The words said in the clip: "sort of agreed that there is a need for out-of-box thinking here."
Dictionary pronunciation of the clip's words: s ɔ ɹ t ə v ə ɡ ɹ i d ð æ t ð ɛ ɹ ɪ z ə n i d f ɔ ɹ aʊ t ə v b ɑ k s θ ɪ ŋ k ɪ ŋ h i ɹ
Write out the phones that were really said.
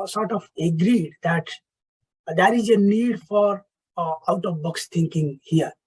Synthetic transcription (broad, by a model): s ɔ ɹ t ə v ə ɡ ɹ i d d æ t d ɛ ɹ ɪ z ə n i d f ɔ ɹ aʊ t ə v b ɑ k s t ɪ ŋ k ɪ ŋ h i ɹ